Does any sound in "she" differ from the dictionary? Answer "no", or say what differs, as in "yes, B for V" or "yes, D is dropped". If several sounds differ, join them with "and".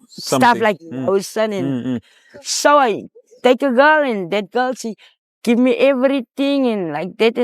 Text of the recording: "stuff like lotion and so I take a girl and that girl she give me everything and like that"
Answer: yes, S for SH